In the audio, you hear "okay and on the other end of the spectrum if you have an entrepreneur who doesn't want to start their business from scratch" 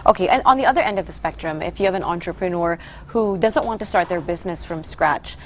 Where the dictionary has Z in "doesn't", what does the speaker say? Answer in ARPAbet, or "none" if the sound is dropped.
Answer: Z